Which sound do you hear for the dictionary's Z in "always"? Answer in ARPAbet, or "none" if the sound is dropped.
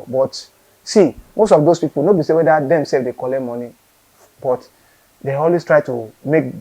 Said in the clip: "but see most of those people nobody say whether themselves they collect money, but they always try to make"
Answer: S